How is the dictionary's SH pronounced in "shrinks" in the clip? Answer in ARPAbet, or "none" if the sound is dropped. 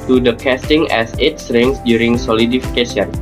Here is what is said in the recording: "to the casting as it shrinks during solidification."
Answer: S